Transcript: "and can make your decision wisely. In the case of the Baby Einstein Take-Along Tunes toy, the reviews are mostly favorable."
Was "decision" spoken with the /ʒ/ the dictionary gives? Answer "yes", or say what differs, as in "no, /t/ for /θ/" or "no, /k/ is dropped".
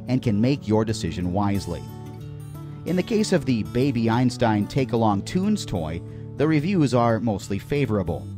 yes